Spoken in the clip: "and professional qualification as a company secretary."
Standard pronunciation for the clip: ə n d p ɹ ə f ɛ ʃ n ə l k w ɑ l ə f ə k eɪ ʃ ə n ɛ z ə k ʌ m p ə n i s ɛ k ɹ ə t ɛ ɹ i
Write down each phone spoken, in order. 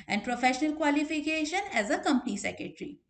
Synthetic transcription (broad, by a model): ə n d p ɹ ə f ɛ ʃ n ə l k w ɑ l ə f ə k eɪ ʃ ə n ɛ z ə k ʌ m p ə n i s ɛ k ɹ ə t ɹ i